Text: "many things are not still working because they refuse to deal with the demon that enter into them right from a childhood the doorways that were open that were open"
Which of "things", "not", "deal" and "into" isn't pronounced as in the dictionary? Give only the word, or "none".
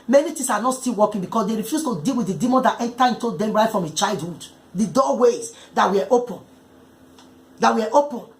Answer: things